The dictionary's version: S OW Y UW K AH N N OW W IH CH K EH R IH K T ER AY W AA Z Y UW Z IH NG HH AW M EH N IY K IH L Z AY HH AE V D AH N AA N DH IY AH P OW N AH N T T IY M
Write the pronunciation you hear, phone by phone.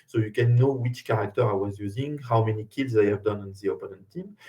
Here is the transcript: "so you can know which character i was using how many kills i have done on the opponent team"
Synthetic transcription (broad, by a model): S OW Y UW K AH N N OW W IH CH K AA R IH K T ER AY W AA Z Y UW Z IH NG HH AW M EH N IY K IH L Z AY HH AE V D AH N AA N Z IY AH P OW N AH N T T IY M